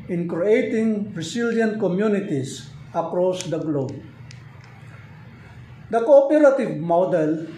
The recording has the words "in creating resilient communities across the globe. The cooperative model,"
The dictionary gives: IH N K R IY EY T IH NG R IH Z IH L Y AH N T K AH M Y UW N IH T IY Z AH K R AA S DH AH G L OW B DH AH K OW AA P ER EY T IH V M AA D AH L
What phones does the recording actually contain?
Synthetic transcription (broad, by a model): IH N K R IY EY T IH NG R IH S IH L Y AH N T K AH M Y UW N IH T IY S AH K R AA S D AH G L OW B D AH K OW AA P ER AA T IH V M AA D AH L